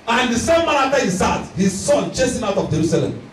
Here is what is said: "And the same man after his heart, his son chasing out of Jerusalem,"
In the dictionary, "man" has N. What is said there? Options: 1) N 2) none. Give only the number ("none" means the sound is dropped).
2